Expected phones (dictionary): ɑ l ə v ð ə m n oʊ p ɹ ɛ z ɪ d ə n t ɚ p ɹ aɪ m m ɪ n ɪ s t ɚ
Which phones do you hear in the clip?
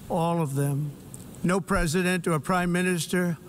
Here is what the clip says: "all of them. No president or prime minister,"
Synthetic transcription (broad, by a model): ɑ l ə v ð ə m n oʊ p ɹ ɛ z ɪ d ə n t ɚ p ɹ aɪ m m ɪ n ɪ s t ɚ